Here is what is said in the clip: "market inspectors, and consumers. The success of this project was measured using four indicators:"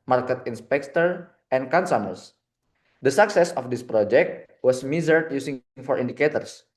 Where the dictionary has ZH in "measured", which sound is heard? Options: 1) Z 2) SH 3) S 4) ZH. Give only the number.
1